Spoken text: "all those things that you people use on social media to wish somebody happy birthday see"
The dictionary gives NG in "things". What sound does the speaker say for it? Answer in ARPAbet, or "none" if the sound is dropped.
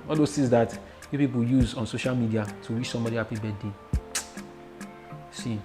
none